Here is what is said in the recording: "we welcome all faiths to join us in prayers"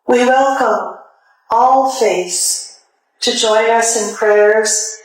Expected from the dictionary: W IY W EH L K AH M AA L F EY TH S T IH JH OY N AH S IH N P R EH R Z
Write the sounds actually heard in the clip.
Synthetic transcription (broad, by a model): W IY W EH L K AH M AA L F EY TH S T IH JH OY N AH S IH N P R EH R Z